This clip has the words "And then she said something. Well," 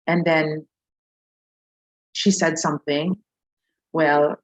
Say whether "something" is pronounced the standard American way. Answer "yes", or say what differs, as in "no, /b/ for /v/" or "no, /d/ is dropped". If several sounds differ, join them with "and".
yes